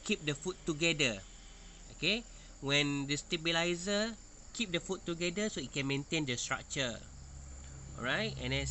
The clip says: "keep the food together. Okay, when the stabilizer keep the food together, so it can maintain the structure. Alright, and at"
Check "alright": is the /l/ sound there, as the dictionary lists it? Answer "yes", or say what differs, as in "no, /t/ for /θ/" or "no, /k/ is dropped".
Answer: no, /l/ is dropped